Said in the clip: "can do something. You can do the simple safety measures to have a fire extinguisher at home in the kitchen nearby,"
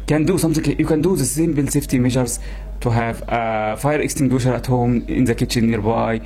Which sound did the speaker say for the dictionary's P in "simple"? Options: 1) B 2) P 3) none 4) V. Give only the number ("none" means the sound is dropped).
1